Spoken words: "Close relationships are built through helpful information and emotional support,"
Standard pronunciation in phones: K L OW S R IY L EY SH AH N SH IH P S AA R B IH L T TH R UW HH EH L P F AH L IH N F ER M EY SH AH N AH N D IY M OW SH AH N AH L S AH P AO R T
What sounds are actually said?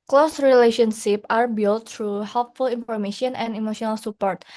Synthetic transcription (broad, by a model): K L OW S R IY L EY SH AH N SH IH P AA R B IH L T R UW HH EH L P F AH L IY N F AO M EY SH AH N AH N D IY M OW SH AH N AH L S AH P AO R T